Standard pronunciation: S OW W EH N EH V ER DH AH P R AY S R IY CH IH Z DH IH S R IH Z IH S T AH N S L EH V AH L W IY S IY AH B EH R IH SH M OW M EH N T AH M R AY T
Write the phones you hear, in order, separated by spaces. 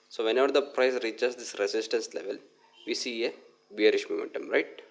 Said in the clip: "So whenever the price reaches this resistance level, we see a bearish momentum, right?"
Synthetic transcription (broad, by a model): S OW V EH N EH V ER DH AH P R AY S R IY CH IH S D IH S R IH S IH S T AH N S L EH V AH L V IY S IY AH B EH R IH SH M OW M EH N T AH M R AY T